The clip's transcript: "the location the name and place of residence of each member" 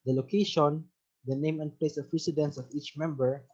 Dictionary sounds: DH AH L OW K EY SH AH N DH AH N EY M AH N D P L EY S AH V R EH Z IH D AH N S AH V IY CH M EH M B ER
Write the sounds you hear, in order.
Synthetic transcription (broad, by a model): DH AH L OW K EY SH AH N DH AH N EY M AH N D P L EY S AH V R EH S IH D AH N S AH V IY CH M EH M B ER